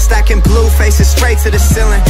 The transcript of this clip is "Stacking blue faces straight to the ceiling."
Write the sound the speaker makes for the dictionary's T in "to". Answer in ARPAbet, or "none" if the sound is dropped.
S